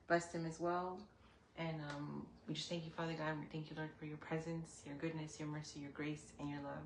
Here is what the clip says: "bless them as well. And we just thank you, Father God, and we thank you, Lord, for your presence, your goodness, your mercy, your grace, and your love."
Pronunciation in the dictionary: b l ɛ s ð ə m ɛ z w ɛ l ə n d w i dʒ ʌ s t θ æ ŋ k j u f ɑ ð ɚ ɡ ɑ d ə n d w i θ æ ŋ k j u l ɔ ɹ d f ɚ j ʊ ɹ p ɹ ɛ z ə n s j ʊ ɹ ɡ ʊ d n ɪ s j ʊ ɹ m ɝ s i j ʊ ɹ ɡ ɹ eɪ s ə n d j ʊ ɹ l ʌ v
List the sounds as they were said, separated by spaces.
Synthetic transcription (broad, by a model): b l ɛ s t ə m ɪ z w ɛ l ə n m w i dʒ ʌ s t θ æ ŋ k j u f ɑ ð ɚ ɡ ɑ ə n w i θ æ ŋ k j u l ɔ ɹ d f ɚ j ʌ ɹ p ɹ ɛ z ə n s j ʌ ɹ ɡ ʊ d n ɪ s j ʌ ɹ m ɝ s i j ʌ ɹ ɡ ɹ eɪ s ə n j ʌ ɹ l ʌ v